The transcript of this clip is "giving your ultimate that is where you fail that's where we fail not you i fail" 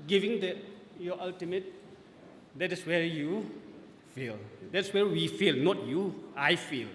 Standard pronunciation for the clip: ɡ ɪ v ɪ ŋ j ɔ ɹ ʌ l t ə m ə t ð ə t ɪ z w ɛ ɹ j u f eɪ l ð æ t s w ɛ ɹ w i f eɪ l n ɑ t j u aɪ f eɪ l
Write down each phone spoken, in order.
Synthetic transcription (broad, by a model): ɡ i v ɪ ŋ j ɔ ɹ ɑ l t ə m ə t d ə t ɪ s w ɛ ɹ j u f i l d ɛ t s w ɛ ɹ w i f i l n ɑ t j u aɪ f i l